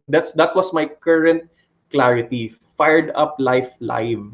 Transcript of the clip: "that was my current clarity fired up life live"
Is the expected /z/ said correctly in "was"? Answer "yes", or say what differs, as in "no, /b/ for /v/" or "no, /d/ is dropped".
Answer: no, /s/ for /z/